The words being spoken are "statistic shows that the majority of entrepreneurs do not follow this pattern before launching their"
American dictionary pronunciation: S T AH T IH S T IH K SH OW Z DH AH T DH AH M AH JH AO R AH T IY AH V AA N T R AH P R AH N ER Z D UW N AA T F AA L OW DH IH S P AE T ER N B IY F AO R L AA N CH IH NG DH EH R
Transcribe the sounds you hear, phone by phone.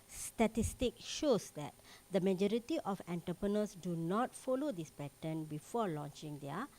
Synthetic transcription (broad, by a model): S T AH T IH S T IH K SH OW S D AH T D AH M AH JH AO R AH T IY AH F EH N T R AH P R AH N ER S D UW N AA T F AA L OW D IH S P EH T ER N B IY F AO L AA N CH IH NG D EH